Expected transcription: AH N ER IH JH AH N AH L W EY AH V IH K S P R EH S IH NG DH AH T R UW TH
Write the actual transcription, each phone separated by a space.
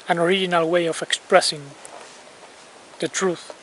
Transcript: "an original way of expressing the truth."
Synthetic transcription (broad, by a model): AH N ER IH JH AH N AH L W EY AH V IH K S P R EH S IH NG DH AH T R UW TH